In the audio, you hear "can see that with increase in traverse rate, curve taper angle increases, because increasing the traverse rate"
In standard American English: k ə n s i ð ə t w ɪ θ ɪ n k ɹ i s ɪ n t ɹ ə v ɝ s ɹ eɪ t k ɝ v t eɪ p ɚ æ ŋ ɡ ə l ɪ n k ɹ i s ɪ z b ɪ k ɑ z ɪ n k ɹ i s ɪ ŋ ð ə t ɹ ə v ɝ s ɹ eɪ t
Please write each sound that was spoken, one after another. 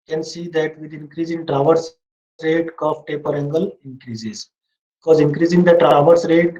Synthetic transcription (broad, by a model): k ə n s i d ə t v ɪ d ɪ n k ɹ i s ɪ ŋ t ɹ ə v ɝ s ɹ eɪ t k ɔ f t eɪ p ɚ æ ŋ ɡ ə l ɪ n k ɹ i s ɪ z b ɪ k ɑ z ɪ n k ɹ i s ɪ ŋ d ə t ɹ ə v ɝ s ɹ eɪ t